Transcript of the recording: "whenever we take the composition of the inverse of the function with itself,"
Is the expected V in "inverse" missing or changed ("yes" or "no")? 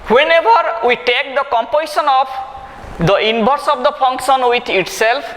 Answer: yes